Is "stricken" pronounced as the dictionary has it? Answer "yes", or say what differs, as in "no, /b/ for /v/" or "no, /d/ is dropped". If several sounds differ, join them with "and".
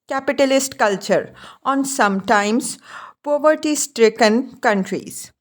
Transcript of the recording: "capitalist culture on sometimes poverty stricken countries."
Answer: yes